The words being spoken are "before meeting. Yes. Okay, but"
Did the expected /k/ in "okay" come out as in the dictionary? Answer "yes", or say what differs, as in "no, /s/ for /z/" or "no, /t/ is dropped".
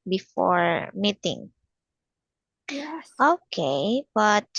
yes